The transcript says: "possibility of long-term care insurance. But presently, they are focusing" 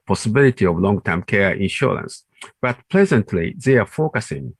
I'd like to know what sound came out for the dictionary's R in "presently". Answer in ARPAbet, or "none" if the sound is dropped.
L